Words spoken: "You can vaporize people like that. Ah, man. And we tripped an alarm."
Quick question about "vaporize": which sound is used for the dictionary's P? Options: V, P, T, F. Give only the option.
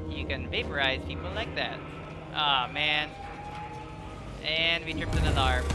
P